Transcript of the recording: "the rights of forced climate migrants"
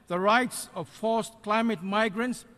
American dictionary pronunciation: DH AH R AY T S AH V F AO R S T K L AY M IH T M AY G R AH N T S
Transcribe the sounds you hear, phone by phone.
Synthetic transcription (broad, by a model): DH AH R AY T S AH V F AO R S K L AY M IH T M AY G R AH N T S